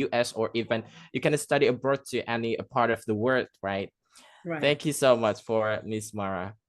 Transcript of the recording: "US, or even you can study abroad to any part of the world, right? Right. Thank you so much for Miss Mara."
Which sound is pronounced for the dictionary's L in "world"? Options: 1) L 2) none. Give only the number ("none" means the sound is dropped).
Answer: 2